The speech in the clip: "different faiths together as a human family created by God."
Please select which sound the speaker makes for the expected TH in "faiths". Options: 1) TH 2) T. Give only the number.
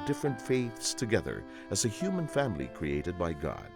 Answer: 1